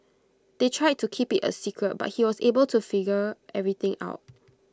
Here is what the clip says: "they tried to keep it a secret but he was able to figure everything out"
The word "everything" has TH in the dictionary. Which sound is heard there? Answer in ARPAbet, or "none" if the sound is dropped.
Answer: T